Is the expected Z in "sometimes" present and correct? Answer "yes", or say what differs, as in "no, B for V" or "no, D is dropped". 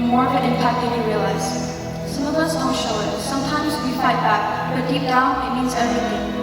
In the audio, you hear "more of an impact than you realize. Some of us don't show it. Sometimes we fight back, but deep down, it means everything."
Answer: yes